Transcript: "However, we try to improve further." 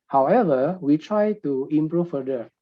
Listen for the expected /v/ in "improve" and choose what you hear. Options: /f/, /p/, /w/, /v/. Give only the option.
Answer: /f/